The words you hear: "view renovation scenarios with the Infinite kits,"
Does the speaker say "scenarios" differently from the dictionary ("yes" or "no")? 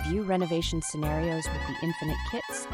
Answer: no